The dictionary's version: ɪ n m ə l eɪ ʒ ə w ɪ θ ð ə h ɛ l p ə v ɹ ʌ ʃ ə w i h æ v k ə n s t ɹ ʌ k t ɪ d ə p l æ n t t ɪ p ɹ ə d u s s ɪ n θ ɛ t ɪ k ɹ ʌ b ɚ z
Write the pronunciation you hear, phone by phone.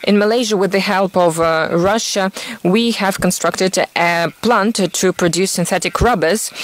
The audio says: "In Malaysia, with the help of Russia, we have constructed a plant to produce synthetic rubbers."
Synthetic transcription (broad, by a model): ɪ n m ə l eɪ ʒ ə w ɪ ð ə h ɛ l p ə v ɹ ʌ ʃ ə w i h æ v k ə n s t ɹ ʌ k t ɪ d ə p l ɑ n t t ɪ p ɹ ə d u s s ɪ n θ ɛ t ɪ k ɹ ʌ b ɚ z